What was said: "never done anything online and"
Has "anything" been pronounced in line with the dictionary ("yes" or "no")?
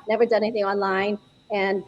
yes